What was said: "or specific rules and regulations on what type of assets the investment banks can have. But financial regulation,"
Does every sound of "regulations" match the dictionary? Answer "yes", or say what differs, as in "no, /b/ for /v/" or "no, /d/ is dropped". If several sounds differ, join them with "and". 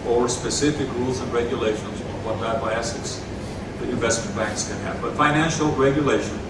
yes